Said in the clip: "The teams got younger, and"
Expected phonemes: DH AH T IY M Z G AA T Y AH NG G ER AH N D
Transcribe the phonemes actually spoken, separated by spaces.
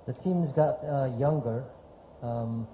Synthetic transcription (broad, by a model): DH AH T IY M Z G AA T Y AH NG G ER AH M